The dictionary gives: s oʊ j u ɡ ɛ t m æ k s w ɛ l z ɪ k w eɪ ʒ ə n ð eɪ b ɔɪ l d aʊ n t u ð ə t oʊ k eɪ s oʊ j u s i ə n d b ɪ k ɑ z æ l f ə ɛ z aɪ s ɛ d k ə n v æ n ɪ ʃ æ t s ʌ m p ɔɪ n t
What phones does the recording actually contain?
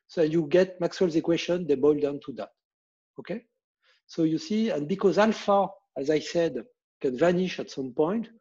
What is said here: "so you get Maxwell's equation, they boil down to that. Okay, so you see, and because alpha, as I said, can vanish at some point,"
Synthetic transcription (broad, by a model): s oʊ j u ɡ ɛ t m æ k s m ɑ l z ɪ k w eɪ ʃ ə n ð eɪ b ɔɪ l d aʊ n t u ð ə t oʊ k eɪ s oʊ j u s i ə n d b ɪ k ɑ z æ l f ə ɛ z aɪ s ɛ d k ə n v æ n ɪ ʃ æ t s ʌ m p ɔɪ n t